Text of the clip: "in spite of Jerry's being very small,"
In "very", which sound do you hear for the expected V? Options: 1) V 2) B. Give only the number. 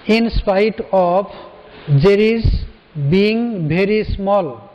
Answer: 2